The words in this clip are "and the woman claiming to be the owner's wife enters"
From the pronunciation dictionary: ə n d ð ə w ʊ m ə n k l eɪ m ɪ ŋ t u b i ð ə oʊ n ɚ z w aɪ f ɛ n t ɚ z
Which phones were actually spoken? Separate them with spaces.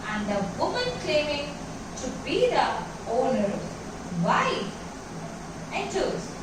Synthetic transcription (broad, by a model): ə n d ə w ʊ m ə n k l eɪ m ɪ ŋ t u b i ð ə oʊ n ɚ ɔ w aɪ ɛ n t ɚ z